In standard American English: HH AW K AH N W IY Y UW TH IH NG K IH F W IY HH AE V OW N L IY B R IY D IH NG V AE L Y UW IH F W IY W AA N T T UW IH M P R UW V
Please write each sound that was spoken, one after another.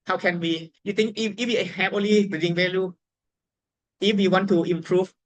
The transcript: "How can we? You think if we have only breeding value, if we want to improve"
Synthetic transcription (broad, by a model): HH AW K AH N W IY Y UW T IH NG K IH F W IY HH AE P OW N L IY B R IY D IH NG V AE L Y UW IH F W IY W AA N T T UW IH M P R UW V